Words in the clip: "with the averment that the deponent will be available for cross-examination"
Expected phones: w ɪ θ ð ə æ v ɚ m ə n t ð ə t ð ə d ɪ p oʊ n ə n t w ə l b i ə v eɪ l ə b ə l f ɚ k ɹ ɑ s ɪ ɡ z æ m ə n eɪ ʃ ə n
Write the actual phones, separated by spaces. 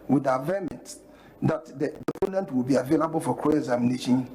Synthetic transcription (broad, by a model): w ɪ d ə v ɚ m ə n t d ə t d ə d ɪ p oʊ n ə n t w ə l b i ə v eɪ l ə b ə l f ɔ k ɑ ɪ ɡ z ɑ m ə n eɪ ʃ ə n